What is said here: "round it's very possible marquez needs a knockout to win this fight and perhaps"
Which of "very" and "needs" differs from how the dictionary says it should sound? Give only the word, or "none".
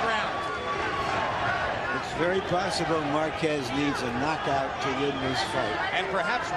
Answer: none